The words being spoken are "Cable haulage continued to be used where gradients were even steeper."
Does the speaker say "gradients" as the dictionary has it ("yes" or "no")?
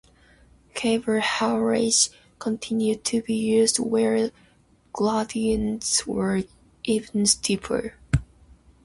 no